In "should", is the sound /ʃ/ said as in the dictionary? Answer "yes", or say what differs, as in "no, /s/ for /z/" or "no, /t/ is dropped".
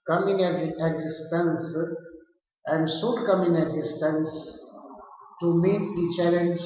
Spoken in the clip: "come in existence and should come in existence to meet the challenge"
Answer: no, /s/ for /ʃ/